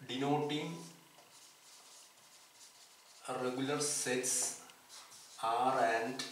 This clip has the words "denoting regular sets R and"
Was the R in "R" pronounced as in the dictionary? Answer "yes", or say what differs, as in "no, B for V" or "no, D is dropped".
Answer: yes